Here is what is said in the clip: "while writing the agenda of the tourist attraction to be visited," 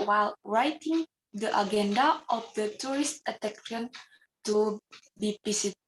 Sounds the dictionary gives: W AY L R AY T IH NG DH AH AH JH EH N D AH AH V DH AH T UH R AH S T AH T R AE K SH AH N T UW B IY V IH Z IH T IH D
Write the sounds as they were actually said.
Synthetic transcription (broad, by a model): W AY L R AY T IH NG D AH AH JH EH N D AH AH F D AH T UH R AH S T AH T EH K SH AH N T UW B IY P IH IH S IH